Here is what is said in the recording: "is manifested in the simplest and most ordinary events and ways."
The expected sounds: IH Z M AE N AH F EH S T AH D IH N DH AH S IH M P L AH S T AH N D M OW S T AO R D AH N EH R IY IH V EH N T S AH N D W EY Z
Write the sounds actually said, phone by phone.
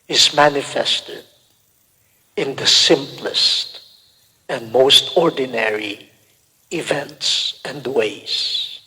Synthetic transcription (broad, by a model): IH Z M AE N AH F EH S T AH D IH N DH AH S IH M P L AH S T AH N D M OW S T AO R D N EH R IY IH V EH N T S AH N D W EY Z